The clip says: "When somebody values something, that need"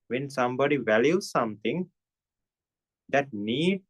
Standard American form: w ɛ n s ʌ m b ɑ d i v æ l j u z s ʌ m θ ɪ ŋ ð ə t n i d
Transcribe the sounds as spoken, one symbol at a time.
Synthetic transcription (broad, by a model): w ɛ n s ʌ m b ɑ d i v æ l j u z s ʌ m t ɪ ŋ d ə t n i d